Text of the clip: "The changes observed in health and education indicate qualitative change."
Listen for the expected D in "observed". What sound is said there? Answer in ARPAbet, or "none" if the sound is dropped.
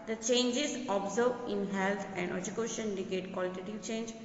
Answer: none